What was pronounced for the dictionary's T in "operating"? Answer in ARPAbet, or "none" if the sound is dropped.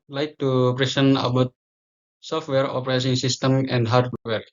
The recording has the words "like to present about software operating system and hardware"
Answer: S